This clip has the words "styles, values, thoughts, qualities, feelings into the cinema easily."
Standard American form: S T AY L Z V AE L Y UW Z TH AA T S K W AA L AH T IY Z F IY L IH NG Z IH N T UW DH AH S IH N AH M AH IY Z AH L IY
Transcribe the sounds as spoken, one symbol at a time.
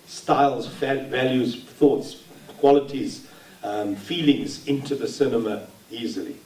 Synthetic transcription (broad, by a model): S T AY L Z V AE L Y UW Z TH AA T S K W AA L AH T IY Z F IY L IH NG Z IH N T UW DH AH S IH N AH M AH IY Z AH L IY